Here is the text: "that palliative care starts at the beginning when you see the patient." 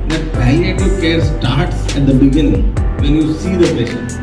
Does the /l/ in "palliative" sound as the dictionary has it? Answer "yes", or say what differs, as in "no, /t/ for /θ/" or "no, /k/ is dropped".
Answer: no, /l/ is dropped